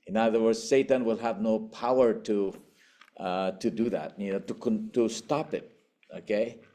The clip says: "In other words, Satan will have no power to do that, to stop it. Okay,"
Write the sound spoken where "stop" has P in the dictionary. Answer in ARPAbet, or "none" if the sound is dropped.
P